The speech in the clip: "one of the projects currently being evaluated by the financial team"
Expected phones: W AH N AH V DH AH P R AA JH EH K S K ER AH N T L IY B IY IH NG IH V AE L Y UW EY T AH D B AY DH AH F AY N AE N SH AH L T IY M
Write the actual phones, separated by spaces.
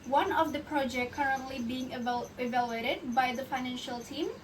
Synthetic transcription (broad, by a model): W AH N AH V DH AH P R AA JH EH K K ER AH N T L IY B IY IH NG IH V AE L Y UW EY T AH D B AY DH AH F AY N AE N SH AH L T IY M